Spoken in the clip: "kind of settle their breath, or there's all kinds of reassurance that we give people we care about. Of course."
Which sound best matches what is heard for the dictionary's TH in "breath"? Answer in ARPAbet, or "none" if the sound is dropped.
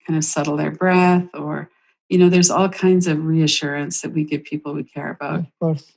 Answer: TH